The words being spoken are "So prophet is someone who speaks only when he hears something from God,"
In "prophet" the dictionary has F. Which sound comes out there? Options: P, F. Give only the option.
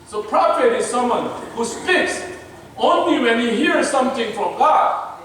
P